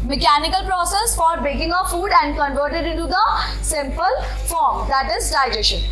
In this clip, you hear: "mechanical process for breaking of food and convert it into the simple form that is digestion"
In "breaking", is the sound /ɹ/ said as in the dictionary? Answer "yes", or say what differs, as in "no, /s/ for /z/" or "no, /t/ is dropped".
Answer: no, /ɹ/ is dropped